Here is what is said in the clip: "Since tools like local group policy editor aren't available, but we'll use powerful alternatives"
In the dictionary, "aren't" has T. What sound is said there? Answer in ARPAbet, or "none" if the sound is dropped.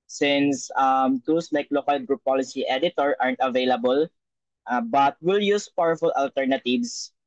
T